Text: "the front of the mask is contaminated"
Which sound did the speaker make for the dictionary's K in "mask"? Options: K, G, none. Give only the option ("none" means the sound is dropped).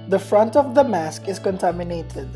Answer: K